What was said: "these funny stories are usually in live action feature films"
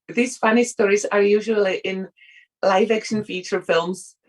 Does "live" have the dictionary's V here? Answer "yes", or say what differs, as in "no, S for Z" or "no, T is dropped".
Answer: yes